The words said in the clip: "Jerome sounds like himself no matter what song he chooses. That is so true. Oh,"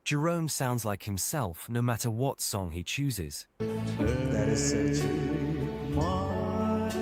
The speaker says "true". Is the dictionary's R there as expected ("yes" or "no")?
no